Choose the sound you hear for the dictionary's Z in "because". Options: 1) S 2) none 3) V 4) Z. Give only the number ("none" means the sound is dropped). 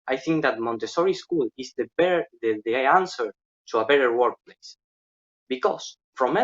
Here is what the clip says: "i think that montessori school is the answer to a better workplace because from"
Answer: 1